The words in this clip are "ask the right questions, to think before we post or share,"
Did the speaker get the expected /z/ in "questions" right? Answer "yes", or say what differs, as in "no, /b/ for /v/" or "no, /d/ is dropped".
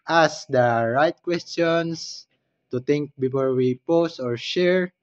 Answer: no, /s/ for /z/